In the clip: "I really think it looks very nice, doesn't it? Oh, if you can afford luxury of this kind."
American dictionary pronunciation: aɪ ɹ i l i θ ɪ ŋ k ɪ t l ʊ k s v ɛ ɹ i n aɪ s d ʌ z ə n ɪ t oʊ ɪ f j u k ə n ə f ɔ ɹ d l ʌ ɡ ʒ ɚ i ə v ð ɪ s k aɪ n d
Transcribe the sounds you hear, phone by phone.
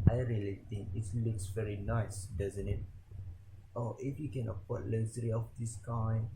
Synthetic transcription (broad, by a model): aɪ ɹ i l i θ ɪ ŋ k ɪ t l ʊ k s v ɛ ɹ i n aɪ s d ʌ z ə n ɪ t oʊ ɪ f j u k ə n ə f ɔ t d l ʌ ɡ z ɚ i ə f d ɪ s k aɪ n